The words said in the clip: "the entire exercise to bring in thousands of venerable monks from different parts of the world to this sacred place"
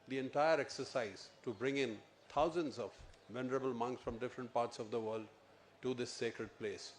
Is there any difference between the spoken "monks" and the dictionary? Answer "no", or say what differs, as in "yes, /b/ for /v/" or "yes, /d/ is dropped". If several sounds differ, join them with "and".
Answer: no